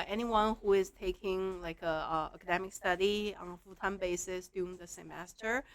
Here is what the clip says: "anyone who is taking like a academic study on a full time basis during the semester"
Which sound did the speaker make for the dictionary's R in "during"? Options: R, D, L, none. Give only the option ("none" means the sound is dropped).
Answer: none